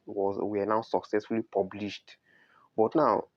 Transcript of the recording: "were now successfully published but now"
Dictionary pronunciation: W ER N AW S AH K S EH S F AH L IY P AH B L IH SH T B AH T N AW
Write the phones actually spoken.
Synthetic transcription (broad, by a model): W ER N AW S AH K S EH S F AH L IY P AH B L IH SH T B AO T N AW